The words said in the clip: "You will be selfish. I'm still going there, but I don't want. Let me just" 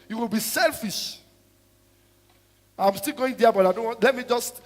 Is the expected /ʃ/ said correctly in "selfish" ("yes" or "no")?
yes